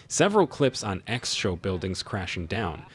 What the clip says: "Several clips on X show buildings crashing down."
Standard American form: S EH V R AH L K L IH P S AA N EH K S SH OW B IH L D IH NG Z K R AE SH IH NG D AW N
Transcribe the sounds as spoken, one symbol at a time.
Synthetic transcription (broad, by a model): S EH V R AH L K L IH P S N EH K S SH OW B IH L D IH NG Z K R AE SH IH NG D AW N